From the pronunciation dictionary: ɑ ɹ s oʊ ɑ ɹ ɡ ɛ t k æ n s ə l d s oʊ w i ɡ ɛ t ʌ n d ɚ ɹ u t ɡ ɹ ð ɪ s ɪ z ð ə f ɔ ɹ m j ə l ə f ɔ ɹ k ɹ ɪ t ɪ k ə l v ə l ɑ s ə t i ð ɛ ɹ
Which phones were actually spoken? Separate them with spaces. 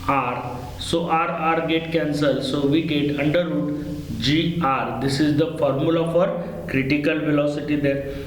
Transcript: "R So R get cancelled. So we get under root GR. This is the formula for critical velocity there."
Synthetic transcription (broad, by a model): ɑ ɹ s oʊ ɑ ɹ ɡ ɛ t k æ n s ə l s oʊ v i ɡ ɛ t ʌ n d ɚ ɹ u t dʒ ɹ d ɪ s ɪ z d ə f ɔ ɹ m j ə l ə f ɔ ɹ k ɹ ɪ t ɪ k ə l v ə l ɑ s ə t i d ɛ ɹ